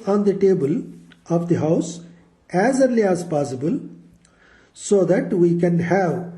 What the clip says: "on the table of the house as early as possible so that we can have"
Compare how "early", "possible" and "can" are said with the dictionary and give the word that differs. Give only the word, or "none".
none